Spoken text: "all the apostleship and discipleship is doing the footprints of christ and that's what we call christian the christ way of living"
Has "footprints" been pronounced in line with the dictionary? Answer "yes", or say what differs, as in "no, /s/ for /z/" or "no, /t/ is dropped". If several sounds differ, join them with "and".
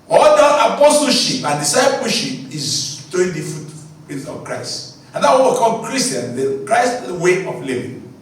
no, /ɹ/ is dropped